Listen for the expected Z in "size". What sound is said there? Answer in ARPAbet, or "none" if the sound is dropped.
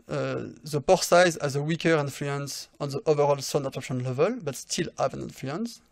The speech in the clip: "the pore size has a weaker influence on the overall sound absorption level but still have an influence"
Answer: Z